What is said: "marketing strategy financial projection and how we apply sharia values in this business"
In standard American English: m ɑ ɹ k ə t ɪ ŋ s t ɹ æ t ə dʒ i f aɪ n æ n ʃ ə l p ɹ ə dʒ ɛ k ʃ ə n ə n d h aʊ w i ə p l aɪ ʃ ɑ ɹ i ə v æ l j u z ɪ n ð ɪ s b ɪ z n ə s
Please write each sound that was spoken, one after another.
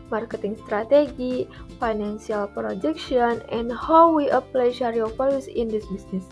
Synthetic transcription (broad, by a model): m ɑ ɹ k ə t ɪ ŋ s t ɹ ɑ t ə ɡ i f aɪ n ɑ n s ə l p ɹ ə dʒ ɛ k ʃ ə n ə n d h aʊ w i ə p l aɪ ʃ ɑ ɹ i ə f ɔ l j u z ɪ n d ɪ s b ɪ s n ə s